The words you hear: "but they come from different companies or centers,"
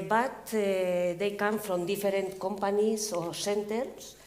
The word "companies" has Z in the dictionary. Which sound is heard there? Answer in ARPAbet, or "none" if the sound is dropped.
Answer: S